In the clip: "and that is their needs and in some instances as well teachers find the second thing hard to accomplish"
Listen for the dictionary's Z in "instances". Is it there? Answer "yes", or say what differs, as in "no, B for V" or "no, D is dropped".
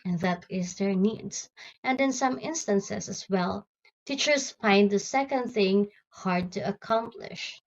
no, S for Z